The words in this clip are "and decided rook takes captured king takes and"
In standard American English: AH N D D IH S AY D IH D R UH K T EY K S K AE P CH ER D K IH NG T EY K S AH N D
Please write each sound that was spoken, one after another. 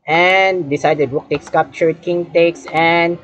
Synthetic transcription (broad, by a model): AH N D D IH S AY D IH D W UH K T EY K S K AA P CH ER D K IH NG T EY K S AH N